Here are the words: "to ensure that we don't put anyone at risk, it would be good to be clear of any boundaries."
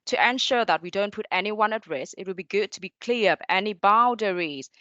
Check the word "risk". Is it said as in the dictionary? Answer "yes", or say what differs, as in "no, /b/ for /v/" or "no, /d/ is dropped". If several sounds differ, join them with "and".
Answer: no, /k/ is dropped